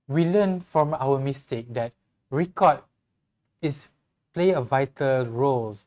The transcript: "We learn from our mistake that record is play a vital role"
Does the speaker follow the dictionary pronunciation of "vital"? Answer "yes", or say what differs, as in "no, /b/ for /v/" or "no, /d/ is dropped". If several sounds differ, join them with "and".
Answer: yes